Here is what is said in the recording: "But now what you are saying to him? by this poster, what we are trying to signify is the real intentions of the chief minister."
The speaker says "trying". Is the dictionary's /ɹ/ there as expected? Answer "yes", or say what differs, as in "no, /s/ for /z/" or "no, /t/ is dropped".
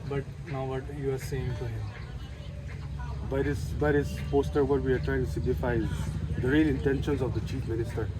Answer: yes